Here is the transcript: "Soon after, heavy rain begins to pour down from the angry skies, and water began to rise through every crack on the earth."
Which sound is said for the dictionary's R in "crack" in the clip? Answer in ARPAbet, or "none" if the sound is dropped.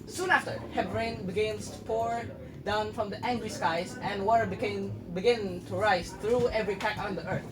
none